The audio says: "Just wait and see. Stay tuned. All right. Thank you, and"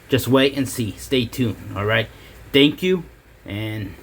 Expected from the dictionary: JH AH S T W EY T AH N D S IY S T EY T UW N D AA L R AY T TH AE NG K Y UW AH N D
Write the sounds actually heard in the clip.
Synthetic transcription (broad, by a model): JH AH S T W EY T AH N S IY S T EY T UW N AA L R AY T TH AE NG K Y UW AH N